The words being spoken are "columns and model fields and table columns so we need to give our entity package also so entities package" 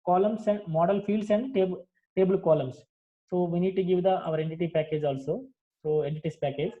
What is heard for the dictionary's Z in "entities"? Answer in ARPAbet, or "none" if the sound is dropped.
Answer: S